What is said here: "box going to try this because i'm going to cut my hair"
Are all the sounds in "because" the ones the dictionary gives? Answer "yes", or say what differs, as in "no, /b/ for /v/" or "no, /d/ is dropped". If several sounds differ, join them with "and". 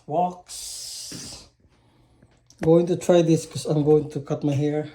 no, /z/ is dropped